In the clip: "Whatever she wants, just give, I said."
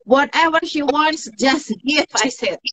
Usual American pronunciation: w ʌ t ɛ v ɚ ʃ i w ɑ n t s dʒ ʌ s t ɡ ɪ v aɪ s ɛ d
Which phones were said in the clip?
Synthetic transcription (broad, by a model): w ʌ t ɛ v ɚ ʃ i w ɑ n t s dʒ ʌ s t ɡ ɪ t aɪ s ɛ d